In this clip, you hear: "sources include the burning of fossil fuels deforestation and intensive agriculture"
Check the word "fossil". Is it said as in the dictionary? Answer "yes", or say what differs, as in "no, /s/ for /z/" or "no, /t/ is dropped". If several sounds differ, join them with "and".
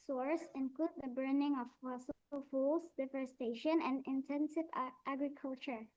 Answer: no, /s/ is dropped